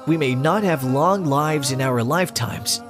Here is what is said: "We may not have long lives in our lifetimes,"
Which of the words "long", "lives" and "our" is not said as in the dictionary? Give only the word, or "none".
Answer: none